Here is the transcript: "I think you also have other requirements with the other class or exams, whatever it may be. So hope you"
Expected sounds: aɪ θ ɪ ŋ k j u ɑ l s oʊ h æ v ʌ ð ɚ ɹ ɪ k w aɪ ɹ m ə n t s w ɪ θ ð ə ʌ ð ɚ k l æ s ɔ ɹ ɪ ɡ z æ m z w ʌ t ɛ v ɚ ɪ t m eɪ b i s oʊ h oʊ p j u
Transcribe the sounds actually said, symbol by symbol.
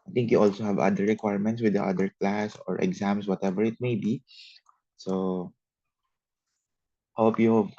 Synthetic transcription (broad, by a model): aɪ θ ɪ ŋ k j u ɑ l s oʊ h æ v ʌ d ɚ ɹ ɪ k w aɪ ɹ m ə n t s w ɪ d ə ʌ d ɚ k l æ s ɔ ɹ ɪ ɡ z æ m s w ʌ t ɛ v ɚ ɪ t m eɪ b i s oʊ h oʊ p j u